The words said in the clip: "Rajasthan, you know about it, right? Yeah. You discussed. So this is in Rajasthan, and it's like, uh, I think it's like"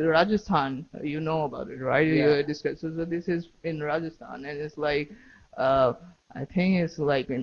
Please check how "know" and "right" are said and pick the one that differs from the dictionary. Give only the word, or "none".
none